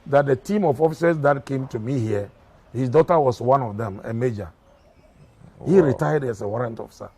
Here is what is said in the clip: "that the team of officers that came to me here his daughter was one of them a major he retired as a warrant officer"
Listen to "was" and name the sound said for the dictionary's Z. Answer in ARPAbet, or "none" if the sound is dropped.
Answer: S